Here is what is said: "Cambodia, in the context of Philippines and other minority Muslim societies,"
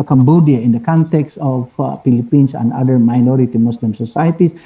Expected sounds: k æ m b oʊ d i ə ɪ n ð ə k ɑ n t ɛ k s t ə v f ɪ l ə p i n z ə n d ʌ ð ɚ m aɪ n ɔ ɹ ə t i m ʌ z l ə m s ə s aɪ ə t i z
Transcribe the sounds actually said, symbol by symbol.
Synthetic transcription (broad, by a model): k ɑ m b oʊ d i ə ɪ n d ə k ɑ n t ɛ k s t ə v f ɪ l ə p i n s ə n d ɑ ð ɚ m aɪ n ɔ ɹ ə t i m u s l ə m s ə s aɪ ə t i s